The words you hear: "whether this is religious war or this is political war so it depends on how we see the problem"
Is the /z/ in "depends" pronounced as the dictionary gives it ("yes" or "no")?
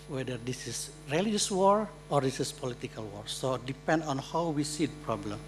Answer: no